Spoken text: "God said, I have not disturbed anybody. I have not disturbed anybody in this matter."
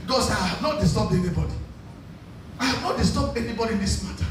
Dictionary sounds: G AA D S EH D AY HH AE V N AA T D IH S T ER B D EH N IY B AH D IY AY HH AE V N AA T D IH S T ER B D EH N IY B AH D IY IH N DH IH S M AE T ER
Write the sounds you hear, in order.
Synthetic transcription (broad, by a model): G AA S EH AY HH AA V N AA T D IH S T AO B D EH N IY B AH D IY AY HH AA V N AA T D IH S T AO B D EH N IY B AH D IY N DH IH S M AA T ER